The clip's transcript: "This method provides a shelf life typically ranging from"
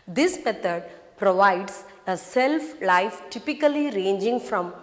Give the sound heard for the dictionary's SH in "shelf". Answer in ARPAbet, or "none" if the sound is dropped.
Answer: S